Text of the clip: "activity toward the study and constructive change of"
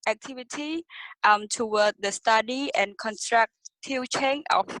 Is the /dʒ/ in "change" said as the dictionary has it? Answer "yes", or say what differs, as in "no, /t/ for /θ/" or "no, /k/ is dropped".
no, /dʒ/ is dropped